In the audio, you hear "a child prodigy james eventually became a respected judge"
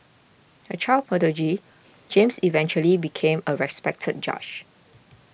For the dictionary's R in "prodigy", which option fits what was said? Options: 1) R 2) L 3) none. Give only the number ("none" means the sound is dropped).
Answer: 3